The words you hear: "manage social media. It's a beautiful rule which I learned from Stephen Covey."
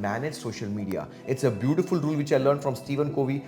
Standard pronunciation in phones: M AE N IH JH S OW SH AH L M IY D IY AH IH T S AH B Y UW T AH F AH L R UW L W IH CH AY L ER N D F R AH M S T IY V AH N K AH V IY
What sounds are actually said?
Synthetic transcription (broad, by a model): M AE N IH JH S OW SH AH L M IY D IY AH IH T S AH B Y UW T AH F AH L R UW L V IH CH AY L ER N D F R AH M S T IY V AH N K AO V IY